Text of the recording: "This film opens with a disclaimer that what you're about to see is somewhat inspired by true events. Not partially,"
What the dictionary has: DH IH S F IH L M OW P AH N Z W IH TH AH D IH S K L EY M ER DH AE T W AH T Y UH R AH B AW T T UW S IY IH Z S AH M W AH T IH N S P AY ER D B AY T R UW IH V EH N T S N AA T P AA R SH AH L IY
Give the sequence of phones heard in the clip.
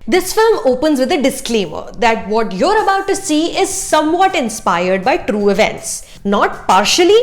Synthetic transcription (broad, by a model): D IH S F IH L M OW P AH N Z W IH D AH D IH S K L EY M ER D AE T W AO T Y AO R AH B AW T T UW S IY IH Z S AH M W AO T IH N S P AY ER D B AY T R UW IH V EH N T S N AA T P AA R SH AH L IY